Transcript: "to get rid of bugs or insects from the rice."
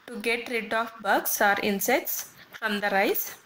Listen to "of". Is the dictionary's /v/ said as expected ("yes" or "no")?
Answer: no